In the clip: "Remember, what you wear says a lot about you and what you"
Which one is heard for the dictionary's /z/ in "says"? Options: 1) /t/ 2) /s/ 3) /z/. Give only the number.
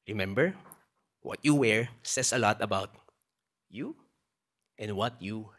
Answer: 2